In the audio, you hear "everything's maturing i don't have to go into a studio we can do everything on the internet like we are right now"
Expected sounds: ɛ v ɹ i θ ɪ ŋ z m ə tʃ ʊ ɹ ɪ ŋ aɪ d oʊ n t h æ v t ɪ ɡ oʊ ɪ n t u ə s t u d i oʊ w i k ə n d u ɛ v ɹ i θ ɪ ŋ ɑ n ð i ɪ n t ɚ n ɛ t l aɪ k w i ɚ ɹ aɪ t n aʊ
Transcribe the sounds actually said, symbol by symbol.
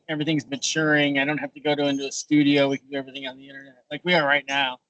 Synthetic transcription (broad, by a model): ɛ v ɹ i θ ɪ ŋ z m ə tʃ ʊ ɹ ɪ ŋ aɪ d oʊ n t h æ f t ɪ ɡ oʊ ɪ n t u ə s t u d i oʊ w i k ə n d u ɛ v ɹ i θ ɪ ŋ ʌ n ð i ɪ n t ɚ n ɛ t l aɪ k w i ɚ ɹ aɪ t n aʊ